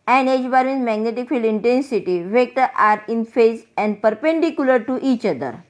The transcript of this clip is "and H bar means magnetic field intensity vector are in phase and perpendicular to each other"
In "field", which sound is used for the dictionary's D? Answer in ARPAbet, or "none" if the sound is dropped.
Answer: none